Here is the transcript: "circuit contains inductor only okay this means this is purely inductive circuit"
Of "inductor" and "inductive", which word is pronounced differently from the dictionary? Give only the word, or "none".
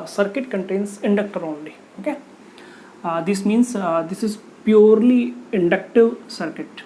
none